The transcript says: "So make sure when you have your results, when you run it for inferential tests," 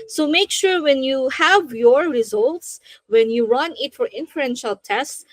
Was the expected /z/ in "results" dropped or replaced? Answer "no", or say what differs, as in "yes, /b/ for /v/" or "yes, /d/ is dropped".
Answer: no